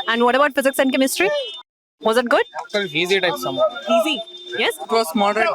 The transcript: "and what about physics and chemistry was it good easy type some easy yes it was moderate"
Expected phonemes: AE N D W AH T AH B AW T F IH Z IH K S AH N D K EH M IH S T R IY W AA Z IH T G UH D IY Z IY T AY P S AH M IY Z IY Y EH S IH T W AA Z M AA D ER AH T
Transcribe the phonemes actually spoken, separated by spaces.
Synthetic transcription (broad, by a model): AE N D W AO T AH B AW T F IH Z IH K S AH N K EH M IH S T R IY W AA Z IH T G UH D IY Z IY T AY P S AH M IY Z IY Y EH S IH T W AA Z M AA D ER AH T